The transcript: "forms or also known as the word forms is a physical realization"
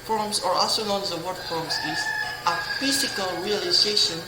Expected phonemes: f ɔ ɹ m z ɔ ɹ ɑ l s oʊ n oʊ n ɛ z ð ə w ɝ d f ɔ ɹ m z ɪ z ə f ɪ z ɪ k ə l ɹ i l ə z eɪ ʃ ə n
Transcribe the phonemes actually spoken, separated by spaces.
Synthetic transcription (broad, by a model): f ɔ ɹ m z ɔ ɹ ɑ s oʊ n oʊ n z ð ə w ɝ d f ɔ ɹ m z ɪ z ə f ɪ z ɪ k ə l ɹ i l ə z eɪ ʃ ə n